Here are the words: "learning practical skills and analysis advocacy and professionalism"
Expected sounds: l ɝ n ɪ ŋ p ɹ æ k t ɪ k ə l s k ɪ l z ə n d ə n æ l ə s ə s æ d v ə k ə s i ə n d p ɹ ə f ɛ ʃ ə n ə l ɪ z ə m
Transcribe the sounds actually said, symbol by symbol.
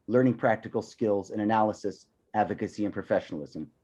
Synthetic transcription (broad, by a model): l ɝ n ɪ ŋ p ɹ æ k t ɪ k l s k ɪ l z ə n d ə n æ l ə s ə s æ d v ə k ə s i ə n p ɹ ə f ɛ ʃ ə n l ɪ z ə m